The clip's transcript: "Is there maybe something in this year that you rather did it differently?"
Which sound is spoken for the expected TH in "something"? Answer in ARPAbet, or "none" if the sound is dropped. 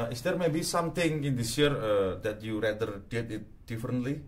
T